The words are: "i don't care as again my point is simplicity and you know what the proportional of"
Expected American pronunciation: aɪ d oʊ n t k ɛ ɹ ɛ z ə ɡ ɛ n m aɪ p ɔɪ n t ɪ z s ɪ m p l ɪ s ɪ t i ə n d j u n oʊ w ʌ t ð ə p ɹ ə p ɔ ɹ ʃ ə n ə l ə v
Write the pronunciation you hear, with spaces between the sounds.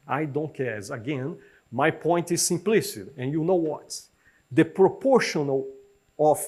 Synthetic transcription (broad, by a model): aɪ d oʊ n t k ɛ ɹ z ə ɡ ɛ n m aɪ p ɔɪ n t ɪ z s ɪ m p l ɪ s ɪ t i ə n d j u n oʊ w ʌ t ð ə p ɹ ə p ɔ ɹ ʃ ə n ə l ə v